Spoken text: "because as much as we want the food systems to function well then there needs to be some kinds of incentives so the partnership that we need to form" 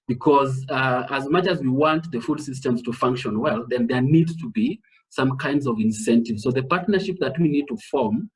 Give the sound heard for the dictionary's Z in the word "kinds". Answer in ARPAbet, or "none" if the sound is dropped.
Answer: Z